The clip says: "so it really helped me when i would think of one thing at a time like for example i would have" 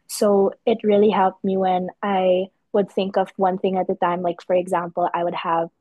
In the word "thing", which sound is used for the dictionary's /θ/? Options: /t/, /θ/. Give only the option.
/θ/